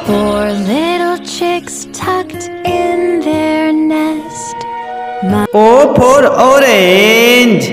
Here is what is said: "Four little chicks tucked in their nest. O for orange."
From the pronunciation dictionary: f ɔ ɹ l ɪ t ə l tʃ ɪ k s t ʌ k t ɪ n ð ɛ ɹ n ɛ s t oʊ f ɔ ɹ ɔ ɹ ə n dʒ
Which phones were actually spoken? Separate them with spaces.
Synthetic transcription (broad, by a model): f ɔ ɹ l ɪ t l tʃ ɪ k s t ʌ k t ɪ n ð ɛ ɹ n ɛ s t oʊ p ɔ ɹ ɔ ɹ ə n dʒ